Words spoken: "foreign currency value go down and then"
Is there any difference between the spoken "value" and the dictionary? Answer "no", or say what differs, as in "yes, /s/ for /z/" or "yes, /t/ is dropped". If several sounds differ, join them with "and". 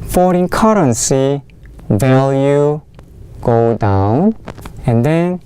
no